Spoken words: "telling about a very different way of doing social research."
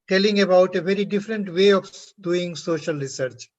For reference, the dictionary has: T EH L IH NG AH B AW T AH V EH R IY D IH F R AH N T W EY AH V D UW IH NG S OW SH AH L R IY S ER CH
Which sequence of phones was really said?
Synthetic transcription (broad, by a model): T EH L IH NG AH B AW T AH V EH R IY D IH F R AH N T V EY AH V D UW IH NG S OW SH AH L R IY S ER CH